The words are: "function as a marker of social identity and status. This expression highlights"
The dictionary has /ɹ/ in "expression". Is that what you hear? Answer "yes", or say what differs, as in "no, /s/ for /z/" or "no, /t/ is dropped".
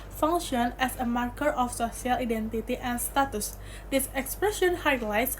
yes